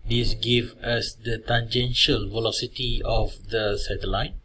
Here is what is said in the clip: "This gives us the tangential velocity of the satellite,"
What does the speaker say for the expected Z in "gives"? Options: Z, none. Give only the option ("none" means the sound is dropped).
none